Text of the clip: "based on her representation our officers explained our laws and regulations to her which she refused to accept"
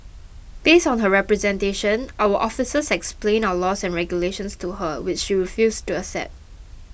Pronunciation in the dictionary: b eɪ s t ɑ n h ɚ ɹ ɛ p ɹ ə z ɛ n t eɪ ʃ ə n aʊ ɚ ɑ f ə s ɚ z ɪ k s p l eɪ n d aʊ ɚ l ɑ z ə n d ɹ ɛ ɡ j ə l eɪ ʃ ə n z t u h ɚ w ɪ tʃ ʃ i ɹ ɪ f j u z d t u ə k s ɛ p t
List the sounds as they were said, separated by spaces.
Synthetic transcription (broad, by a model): b eɪ s t ɑ n h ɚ ɹ ɛ p ɹ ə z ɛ n t eɪ ʃ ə n aʊ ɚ ɑ f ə s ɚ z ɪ k s p l eɪ n aʊ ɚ l ɑ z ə n ɹ ɛ ɡ j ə l eɪ ʃ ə n s t u h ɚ w ɪ tʃ ʃ i ɹ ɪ f j u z t u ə s ɛ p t